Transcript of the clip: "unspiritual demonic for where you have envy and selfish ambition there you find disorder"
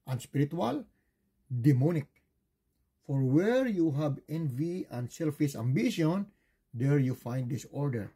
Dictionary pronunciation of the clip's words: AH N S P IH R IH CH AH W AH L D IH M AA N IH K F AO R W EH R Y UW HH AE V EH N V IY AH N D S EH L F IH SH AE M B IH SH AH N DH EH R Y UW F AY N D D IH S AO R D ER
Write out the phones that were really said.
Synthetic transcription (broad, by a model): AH N S P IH R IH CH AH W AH L D IH M AA N IH K F AO R W EH R Y UW HH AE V EH N V IY AH N D S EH L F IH S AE M B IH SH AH N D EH R Y UW F AY N D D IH S AO R D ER